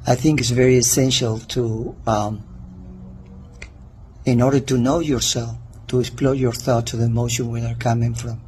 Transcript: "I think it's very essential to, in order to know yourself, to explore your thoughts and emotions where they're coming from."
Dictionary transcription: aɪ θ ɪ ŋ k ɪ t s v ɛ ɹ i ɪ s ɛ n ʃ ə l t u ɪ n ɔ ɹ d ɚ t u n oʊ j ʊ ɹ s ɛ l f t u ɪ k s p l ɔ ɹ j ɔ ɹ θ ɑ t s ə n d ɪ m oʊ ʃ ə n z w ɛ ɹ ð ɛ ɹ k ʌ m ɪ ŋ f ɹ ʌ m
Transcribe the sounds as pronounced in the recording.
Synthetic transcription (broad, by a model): aɪ θ ɪ ŋ k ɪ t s v ɛ ɹ i ɪ s ɛ n ʃ ə l t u ɪ n ɔ ɹ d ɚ t u n oʊ j ʊ ɹ s ɛ l f t u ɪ k s p l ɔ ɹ j ɔ ɹ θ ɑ t ə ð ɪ m oʊ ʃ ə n w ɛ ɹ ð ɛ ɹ k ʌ m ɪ ŋ f ɹ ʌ m